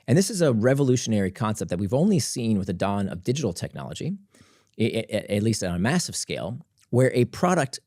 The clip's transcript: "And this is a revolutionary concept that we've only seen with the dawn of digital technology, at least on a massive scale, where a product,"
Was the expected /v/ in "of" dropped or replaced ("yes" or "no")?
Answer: no